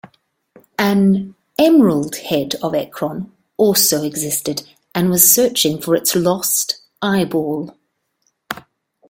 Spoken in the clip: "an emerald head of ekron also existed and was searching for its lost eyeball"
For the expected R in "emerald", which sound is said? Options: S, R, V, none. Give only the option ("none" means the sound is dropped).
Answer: R